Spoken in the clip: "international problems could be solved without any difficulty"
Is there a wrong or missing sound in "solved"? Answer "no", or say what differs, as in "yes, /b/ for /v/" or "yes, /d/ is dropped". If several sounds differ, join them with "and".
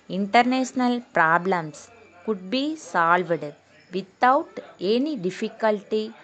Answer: no